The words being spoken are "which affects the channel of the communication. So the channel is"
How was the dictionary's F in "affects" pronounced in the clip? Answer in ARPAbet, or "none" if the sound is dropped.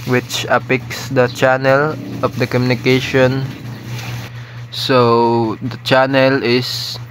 P